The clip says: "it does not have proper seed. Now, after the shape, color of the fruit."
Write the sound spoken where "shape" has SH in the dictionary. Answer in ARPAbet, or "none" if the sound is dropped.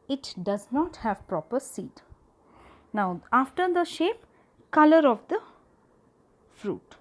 SH